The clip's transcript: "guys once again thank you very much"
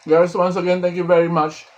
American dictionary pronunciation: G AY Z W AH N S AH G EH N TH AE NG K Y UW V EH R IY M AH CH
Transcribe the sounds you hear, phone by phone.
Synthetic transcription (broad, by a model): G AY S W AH N S AH G EH N T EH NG K Y UW V EH R IY M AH CH